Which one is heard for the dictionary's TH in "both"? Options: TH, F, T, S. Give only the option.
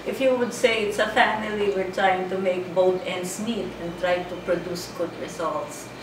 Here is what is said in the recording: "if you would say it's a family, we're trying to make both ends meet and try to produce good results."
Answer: T